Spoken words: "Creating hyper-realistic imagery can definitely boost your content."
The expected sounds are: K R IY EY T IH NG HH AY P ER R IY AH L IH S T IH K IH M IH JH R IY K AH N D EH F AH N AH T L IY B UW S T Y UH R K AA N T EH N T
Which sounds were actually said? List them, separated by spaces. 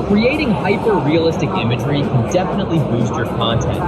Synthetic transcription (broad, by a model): K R IY EY T IH NG HH AY P ER R IY AH L IH S T IH K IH M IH JH R IY K AH N D EH F AH N AH T L IY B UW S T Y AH R K AA N T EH N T